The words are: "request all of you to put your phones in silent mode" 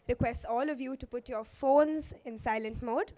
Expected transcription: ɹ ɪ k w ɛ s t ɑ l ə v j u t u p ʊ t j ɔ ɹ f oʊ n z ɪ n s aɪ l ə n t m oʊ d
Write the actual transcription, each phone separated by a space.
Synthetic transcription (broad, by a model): ɹ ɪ k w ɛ s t ɑ l ə v j u t u p ʊ t j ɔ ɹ f oʊ n z ɪ n s aɪ l ə n t m oʊ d